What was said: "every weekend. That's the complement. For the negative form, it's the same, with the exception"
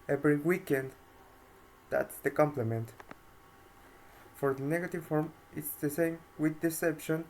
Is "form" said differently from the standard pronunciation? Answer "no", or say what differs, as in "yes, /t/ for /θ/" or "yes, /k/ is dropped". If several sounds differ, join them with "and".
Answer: no